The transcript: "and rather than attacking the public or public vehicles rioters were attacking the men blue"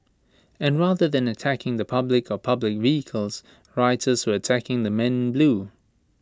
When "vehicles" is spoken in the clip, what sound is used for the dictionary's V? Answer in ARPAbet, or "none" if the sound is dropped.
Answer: V